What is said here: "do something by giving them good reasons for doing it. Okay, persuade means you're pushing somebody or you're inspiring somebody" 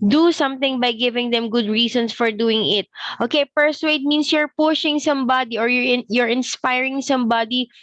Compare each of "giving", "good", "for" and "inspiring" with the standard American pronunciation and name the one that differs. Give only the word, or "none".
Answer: none